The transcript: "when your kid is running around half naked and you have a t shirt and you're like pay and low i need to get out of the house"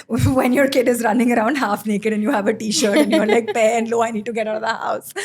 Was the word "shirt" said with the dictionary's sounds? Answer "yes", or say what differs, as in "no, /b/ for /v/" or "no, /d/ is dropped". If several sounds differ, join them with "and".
yes